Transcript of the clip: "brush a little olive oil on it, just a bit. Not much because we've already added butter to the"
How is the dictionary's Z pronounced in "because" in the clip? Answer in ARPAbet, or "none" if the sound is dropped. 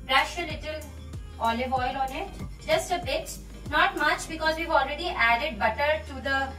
Z